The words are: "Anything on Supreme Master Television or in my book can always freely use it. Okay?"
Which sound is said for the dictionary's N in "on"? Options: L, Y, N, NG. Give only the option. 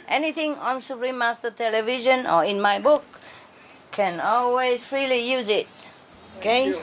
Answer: N